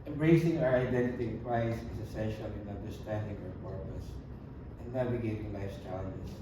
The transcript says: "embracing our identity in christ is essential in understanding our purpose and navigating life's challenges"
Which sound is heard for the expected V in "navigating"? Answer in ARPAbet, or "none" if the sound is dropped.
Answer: W